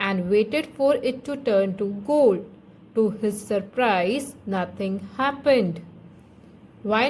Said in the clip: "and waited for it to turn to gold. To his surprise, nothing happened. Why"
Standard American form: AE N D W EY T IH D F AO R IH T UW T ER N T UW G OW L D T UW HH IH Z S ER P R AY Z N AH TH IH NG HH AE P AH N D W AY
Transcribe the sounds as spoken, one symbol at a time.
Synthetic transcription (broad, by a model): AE N D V EY T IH D F AO R IH T UW T ER N T UW G OW L D T UW HH IH Z S ER P R AY Z N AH T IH NG HH AE P AH N D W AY